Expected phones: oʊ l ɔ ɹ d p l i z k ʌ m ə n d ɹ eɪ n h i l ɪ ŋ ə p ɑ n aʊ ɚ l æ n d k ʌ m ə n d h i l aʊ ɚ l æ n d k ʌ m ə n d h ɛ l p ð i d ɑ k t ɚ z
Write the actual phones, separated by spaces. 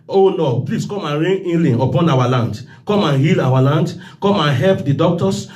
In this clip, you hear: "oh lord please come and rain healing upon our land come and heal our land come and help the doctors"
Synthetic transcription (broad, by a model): oʊ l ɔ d p l i s k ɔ m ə n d ɹ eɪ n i l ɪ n ə p ɑ n aʊ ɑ l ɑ n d k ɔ m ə n h i l aʊ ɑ l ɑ n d k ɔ m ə n h ɛ l p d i d ɑ k t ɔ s